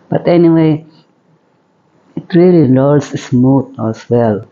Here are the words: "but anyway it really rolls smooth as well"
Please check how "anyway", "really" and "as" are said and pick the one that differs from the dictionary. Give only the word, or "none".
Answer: as